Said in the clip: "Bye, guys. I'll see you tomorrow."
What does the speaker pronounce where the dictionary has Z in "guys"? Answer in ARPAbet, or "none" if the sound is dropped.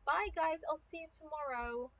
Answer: Z